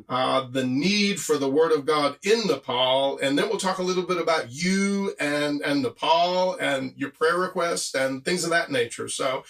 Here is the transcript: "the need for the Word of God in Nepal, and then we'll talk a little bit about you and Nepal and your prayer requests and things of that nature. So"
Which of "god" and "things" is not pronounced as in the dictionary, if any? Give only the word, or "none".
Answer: none